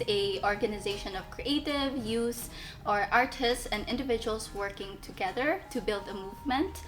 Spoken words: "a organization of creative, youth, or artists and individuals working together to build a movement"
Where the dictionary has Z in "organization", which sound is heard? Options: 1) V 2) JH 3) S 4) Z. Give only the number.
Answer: 4